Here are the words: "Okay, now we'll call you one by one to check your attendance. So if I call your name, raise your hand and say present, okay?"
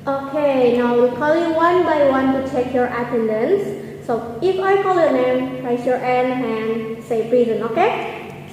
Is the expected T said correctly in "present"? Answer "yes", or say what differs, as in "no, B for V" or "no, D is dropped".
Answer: no, T is dropped